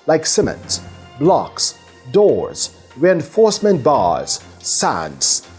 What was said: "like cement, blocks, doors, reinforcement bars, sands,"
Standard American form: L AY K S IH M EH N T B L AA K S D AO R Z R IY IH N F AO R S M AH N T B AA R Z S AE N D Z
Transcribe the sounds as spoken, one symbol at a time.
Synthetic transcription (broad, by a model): L AY K S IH M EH N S B L AA K S D AO R Z R IY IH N F AO R S M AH N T B AA R Z S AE N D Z